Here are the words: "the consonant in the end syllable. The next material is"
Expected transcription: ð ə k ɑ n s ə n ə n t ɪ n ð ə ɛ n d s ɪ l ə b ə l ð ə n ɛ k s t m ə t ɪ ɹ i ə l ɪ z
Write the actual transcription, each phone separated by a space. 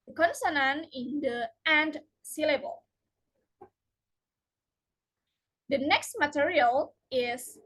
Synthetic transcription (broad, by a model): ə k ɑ n s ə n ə n ɪ n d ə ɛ n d s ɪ l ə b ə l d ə n ɛ k s t m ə t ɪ ɹ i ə l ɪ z